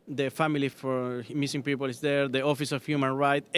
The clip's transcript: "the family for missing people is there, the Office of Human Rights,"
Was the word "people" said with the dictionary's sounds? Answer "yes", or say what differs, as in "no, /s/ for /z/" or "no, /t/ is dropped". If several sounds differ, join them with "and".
yes